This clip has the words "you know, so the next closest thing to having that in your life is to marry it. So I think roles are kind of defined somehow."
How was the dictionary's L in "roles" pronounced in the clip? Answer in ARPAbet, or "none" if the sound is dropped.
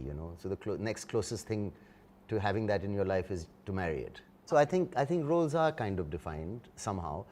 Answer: L